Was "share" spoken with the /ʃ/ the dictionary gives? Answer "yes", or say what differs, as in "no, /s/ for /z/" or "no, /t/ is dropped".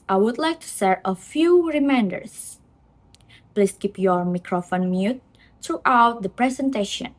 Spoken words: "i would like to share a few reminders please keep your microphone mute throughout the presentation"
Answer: no, /s/ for /ʃ/